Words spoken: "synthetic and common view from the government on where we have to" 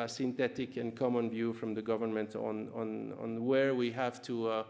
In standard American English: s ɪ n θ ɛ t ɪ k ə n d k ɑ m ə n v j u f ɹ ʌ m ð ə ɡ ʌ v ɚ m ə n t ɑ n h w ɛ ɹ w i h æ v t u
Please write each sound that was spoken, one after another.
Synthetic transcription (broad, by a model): s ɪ n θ ɛ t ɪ k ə n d k ɑ m ə n v j u f ɹ ʌ m ð ə ɡ ʌ v ɚ m ə n t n n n w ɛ ɹ w i h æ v t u